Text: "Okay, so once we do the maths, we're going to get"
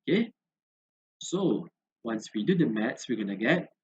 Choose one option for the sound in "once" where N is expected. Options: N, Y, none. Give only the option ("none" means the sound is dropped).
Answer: N